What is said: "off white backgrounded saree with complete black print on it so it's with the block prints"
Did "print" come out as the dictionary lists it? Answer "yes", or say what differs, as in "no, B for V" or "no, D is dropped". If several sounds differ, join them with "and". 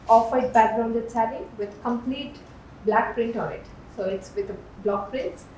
yes